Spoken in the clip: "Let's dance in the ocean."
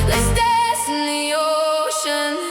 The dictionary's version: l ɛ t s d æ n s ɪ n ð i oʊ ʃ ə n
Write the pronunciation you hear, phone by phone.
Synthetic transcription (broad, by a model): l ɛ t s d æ s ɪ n ð i oʊ ʃ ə n